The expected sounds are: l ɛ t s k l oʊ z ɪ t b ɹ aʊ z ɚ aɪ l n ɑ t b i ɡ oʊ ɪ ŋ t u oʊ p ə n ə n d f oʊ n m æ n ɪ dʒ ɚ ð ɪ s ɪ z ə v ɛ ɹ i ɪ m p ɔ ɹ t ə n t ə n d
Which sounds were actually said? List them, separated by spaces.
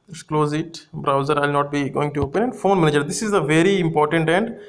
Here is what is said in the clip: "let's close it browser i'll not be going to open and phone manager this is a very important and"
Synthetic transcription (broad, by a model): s k l oʊ z ɪ t b ɹ aʊ z ɚ aɪ l n ɑ t b i ɡ oʊ ɪ ŋ t u oʊ p ə n ə n d f oʊ n m æ n ɪ dʒ ɚ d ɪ s ɪ z ə v ɛ ɹ i ɪ m p ɔ ɹ t ə n t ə n d